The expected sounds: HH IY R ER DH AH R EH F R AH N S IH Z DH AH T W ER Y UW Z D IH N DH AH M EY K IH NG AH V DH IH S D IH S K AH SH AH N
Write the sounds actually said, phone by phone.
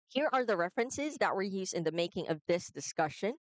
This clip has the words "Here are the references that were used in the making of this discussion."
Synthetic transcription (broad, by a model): HH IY R ER DH AH R EH F R AH N S IH Z DH AH T W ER Y UW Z IH N DH AH M EY K IH NG AH V DH IH S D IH S K AH SH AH N